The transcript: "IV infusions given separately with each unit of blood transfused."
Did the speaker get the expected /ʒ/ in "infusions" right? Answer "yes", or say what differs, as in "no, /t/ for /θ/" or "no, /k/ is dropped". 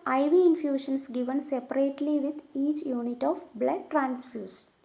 no, /ʃ/ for /ʒ/